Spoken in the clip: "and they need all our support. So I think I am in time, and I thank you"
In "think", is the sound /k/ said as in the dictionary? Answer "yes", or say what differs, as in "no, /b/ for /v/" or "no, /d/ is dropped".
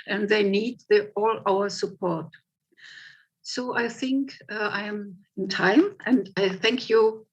yes